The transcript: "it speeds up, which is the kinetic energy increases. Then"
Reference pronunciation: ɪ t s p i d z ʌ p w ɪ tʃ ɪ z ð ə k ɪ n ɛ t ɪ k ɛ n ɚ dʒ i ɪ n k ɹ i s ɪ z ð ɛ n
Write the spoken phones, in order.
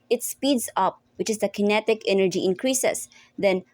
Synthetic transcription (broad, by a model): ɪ t s p i d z ʌ p w ɪ tʃ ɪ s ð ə k ɪ n ɛ t ɪ k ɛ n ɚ dʒ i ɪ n k ɹ i s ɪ s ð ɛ n